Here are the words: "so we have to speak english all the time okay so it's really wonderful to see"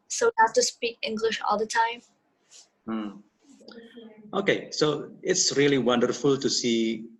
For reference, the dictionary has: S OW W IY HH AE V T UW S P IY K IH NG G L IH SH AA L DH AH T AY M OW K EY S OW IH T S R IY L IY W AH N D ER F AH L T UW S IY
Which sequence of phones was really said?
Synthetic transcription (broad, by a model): S OW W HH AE F T UW S P IY K IH NG G L IH SH AA L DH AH T AY M OW K EY S OW IH T S R IY L IY W AH N D ER F AH L T UW S IY